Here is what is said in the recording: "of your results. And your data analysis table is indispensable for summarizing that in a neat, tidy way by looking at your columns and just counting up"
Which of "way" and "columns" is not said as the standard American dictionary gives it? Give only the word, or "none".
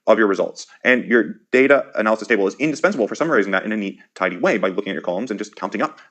none